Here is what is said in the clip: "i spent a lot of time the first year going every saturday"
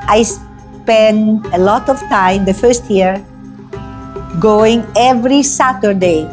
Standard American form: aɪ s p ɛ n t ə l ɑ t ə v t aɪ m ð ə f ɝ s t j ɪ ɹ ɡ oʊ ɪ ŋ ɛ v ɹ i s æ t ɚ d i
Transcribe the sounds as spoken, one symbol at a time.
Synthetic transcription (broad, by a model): aɪ s p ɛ n ə l ɑ t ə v t aɪ m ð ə f ɝ s t j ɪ ɹ ɡ oʊ ɪ ŋ ɛ v ɹ i s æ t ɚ d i